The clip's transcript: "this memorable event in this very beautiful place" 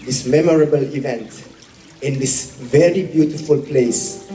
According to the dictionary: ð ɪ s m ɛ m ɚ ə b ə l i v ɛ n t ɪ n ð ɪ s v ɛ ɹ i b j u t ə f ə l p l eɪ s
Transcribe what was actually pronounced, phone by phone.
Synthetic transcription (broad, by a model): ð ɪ s m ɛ m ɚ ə b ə l i v ɛ n t ɪ n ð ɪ s v ɛ ɹ i b j u t ə f ə l p l eɪ s